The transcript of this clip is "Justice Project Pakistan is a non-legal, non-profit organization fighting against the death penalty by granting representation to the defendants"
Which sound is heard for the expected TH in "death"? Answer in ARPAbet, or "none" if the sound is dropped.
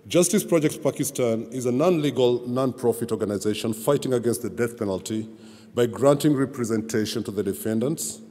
TH